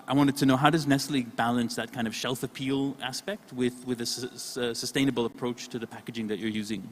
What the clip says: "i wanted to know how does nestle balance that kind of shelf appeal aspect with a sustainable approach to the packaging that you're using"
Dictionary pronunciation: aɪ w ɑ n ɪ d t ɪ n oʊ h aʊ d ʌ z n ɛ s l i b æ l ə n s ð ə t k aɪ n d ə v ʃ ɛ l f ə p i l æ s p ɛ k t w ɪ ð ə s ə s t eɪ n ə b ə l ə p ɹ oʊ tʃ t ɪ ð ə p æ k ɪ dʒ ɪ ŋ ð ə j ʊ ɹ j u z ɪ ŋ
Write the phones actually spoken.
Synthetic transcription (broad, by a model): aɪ w ɑ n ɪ d t ɪ n oʊ h aʊ d ʌ z n ɛ s l i b æ l ə n s ð ə t k aɪ n d ə v ʃ ɛ l f ə p i l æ s p ɛ k t w ɪ ð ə s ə s t eɪ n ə b l ə p ɹ oʊ tʃ t ɪ ð ə p æ k ɪ dʒ ɪ ŋ ð ə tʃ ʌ ɹ j u z ɪ ŋ